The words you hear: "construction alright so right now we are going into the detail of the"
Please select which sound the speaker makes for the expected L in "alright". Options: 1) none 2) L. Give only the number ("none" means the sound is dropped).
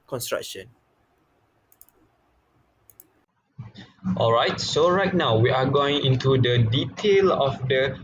2